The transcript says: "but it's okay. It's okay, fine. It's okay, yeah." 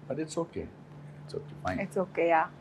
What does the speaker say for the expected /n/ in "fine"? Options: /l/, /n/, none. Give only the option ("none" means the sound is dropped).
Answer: none